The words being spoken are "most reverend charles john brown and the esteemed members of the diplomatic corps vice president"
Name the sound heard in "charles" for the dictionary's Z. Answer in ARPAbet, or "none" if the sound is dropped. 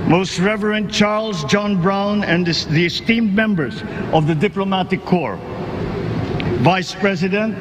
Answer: Z